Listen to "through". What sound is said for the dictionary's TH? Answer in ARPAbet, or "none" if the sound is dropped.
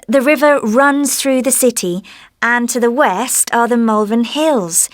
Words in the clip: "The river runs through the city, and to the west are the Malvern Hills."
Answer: TH